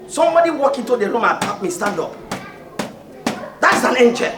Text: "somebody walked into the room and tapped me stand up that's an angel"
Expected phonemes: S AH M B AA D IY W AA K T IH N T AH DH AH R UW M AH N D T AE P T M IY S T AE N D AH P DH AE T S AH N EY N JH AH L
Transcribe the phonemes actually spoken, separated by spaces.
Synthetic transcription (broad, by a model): S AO M B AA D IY W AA K IH N T AH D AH R UW M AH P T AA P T M IY S T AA N D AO P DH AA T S AH N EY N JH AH